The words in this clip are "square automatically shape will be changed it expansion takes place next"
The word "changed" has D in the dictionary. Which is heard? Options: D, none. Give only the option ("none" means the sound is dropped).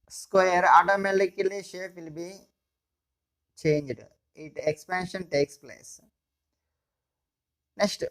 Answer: D